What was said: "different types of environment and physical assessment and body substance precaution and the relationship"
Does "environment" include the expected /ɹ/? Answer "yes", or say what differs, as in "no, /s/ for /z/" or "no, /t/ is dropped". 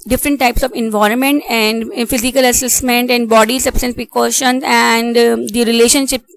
yes